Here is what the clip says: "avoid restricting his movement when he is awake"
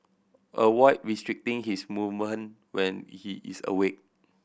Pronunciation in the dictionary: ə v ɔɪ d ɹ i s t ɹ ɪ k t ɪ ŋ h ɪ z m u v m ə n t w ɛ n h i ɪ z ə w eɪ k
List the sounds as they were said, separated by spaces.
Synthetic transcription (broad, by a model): ə w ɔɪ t ɹ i s t ɹ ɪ k t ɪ ŋ h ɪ s m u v m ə n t w ɛ n h i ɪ s ə w eɪ k